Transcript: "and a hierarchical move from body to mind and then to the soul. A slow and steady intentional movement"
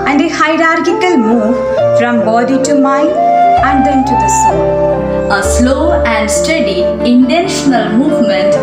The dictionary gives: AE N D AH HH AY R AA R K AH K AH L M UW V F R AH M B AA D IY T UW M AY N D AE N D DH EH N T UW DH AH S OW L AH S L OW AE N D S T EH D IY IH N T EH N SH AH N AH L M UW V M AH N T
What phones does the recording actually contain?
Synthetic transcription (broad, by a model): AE N D AH HH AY R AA R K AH K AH L M UW V F R AH M B AA D IY T UW M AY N AE N D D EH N T UW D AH S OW AH S L OW AE N D S T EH D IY IH N T EH N SH AH N AH L M UW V M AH N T